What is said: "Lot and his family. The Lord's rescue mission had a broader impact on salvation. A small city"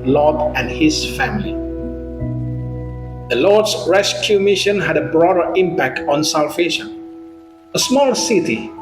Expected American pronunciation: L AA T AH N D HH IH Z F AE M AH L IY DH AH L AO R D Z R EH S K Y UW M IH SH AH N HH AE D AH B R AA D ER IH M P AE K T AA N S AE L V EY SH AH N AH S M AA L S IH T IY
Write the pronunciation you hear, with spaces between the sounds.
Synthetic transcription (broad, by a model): L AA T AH N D HH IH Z F AE M AH L IY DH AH L AO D S R EH S K Y UW M IH SH AH N HH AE D AH B R AA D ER IH M P AE K T AA N S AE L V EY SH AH AH S M AA L S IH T IY